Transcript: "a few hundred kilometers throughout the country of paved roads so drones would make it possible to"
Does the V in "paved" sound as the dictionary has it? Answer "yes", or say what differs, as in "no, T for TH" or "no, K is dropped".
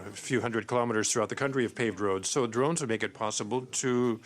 yes